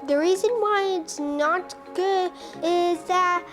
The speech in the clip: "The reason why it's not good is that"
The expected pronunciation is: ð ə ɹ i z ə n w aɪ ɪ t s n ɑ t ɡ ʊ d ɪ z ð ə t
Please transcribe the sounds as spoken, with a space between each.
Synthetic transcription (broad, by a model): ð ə ɹ i z ə n w aɪ ɪ t s n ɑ t ɡ ʊ d ɪ z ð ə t